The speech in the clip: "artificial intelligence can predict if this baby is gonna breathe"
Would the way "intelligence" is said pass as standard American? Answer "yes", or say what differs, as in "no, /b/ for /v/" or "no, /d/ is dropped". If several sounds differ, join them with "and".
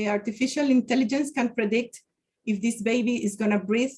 yes